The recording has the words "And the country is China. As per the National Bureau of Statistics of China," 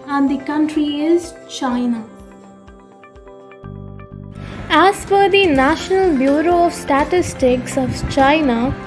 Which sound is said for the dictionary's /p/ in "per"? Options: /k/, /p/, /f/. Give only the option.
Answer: /f/